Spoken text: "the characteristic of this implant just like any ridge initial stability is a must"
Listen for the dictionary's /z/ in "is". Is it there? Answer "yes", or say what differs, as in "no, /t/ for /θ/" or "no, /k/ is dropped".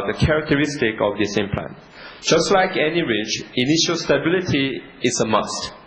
no, /s/ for /z/